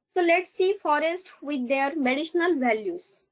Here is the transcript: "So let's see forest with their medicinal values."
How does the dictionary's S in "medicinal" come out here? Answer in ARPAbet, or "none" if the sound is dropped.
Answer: SH